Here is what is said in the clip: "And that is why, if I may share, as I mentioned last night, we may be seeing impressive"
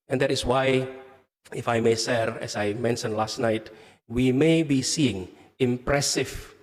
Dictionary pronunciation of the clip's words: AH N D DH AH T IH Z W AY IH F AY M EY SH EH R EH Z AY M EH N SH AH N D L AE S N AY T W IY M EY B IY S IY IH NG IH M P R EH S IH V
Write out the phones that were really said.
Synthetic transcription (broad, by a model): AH N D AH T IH S W AY IH F AY M EY S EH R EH S AY M EH N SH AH N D L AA S N AY T W IY M EY B IY S IY IH NG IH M P R EH S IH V